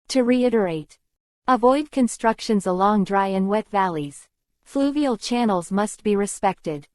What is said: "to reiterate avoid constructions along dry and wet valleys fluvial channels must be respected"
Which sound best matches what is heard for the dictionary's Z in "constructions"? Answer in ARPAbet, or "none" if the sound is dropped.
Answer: Z